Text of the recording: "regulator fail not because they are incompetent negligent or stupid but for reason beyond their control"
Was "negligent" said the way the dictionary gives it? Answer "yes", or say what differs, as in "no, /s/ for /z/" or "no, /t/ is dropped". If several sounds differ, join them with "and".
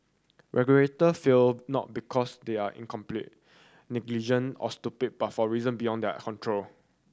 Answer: no, /t/ is dropped